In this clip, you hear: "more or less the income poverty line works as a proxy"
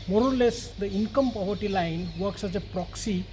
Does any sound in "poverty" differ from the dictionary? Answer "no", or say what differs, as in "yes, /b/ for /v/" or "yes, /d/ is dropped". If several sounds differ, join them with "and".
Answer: yes, /b/ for /v/